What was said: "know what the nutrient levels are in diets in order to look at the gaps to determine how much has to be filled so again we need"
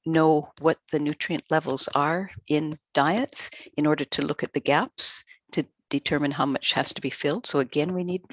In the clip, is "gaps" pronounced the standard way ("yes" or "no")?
yes